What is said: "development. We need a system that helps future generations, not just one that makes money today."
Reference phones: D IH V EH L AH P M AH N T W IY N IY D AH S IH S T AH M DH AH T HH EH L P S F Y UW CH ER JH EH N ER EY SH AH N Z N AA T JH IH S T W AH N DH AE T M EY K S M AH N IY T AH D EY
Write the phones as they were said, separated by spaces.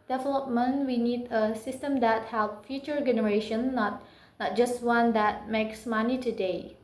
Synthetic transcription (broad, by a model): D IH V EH L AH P M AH N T W IY N IY D AH S IH S T AH M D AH T HH EH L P F Y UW CH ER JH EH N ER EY SH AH N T N AA T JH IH S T W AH N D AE T M EY K S M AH N IY T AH D EY